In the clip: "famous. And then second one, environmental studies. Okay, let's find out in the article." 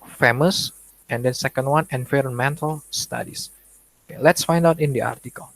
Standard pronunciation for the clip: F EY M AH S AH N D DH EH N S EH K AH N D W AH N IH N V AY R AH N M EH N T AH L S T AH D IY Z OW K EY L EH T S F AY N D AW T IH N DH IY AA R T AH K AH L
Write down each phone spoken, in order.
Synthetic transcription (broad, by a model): F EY M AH S AH N D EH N S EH K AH N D W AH N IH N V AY R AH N M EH N T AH L S T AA D IY S OW K EY L EH T S F AY N D AW T IH N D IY AA R T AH K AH L